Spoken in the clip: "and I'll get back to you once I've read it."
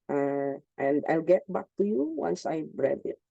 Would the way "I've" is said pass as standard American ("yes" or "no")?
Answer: no